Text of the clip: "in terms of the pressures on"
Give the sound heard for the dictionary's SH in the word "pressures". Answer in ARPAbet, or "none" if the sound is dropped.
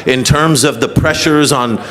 SH